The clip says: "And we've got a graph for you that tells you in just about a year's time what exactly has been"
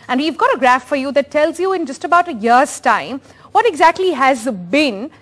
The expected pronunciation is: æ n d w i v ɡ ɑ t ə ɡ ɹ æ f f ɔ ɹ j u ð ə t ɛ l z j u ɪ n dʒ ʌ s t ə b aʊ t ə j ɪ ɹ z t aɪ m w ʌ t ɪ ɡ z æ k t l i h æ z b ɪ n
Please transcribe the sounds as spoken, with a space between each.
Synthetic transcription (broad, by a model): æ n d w i v ɡ ɑ t ə ɡ ɹ æ f f ɔ ɹ j u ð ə t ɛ l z j u ɪ n dʒ ʌ s t ə b aʊ t ə j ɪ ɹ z t aɪ m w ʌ t ɪ ɡ z æ k t l i h æ z b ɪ n